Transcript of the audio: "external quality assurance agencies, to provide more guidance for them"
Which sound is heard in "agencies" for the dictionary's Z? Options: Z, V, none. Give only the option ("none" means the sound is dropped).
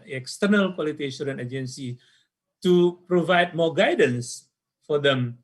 none